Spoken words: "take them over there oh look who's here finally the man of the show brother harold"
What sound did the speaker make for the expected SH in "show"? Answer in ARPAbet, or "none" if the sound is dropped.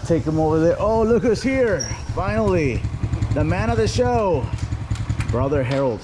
SH